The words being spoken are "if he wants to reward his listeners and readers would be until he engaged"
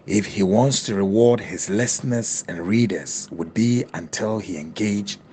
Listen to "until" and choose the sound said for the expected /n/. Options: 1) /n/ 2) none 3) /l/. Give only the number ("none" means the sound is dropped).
1